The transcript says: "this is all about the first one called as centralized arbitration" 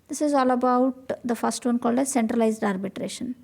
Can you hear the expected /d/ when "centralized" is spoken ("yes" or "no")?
yes